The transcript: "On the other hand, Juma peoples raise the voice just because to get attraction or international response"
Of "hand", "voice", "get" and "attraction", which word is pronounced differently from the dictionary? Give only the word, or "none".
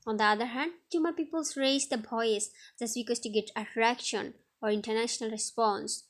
voice